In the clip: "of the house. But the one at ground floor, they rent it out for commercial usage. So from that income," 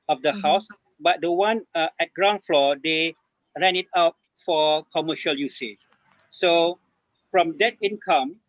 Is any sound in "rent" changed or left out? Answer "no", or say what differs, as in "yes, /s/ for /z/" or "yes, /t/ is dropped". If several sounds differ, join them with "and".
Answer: yes, /t/ is dropped